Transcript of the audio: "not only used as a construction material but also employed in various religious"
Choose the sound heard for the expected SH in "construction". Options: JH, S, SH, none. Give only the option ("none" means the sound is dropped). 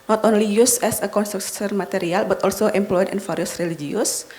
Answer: S